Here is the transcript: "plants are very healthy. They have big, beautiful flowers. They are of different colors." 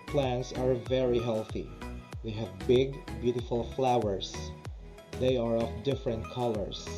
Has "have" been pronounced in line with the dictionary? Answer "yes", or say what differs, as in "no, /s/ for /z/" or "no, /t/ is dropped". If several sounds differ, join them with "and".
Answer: yes